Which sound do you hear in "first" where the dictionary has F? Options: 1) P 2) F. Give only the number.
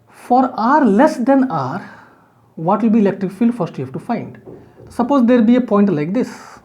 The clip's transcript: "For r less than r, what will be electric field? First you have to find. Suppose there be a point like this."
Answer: 2